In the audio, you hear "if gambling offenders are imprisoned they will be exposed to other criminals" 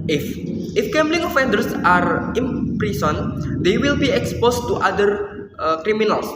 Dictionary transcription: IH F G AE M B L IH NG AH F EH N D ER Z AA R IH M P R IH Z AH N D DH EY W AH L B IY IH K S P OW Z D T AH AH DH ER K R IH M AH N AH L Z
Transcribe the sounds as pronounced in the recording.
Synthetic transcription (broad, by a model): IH F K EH M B L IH NG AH F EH N D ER S AA R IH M P R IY S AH N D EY W AH L B IY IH K S P OW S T T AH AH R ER K R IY M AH N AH L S